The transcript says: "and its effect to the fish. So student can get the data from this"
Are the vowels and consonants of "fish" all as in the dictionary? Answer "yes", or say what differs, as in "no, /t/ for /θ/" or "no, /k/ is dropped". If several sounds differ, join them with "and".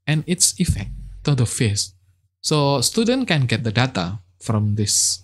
no, /s/ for /ʃ/